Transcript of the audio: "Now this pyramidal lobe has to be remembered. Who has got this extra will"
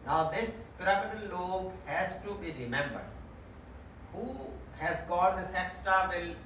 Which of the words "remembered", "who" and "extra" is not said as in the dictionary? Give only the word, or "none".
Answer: extra